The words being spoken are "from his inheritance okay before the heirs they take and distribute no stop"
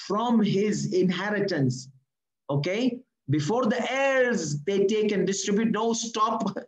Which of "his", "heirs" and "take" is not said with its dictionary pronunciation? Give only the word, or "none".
none